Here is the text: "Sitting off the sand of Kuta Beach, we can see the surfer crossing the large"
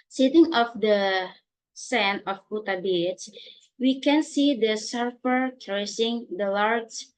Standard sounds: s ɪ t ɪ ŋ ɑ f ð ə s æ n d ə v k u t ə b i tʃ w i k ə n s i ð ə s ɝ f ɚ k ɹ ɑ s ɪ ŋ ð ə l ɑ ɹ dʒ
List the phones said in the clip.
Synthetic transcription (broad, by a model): s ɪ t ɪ ŋ ɑ f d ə s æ n ə f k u t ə b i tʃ w i k ə n s i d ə s ɝ f ɚ k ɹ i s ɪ ŋ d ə l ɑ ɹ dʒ